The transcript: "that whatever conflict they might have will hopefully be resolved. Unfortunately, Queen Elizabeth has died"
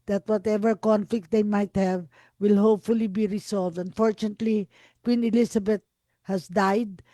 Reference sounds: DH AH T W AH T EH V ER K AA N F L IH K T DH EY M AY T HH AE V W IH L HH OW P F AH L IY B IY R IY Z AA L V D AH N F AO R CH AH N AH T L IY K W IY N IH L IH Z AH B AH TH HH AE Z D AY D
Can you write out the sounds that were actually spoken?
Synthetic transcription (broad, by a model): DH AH T W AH T EH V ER K AA N F L IH K T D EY M AY T HH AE V W IH L HH OW P F AH L IY B IY R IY S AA L V D AH N F AO R CH AH N AH T L IY K W IY N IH L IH S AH B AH T HH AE S D AY D